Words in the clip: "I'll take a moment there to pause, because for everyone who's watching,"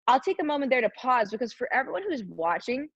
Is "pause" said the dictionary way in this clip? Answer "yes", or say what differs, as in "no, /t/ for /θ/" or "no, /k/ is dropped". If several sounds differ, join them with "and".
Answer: yes